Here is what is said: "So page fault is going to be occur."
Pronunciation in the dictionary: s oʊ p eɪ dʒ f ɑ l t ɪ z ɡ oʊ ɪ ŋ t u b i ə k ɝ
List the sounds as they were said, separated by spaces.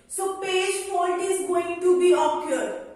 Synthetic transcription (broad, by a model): s oʊ p eɪ dʒ p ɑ n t ɪ z ɡ oʊ ɪ ŋ t u b i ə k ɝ